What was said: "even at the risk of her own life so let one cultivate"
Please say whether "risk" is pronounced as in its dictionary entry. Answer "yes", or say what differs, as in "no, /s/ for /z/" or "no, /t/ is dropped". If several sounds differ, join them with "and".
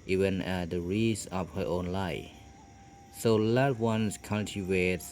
no, /k/ is dropped